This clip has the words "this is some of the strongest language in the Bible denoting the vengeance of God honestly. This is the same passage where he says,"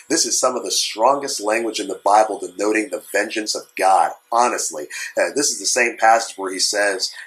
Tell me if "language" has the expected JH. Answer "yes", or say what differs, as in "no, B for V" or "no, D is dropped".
yes